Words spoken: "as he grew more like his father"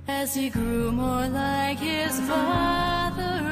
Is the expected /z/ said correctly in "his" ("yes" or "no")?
yes